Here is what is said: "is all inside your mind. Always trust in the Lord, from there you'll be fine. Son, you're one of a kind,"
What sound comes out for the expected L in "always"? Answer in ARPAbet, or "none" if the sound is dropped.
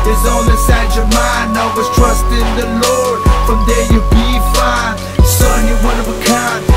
none